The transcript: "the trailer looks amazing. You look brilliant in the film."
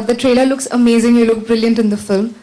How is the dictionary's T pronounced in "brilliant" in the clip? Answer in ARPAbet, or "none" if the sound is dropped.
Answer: T